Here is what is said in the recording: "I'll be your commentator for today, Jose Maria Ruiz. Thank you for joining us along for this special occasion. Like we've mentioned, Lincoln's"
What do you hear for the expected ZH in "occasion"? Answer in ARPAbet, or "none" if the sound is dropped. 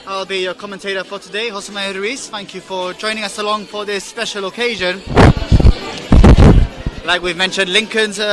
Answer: ZH